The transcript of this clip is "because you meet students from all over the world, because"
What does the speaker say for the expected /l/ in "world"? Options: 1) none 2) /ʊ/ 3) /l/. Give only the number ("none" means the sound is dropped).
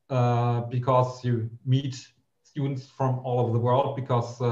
3